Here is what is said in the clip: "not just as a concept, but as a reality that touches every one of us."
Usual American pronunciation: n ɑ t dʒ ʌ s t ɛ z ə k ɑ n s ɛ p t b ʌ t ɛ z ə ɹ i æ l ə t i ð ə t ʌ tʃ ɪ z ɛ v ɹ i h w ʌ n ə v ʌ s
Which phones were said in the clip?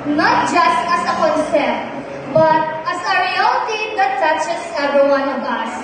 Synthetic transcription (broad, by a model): n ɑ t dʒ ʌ s t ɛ s ə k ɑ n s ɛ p b ʌ t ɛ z ə ɹ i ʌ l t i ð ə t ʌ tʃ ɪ s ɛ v i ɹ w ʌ n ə b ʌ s